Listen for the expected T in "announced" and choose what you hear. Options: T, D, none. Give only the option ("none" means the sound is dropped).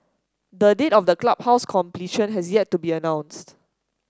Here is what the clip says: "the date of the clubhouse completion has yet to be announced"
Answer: T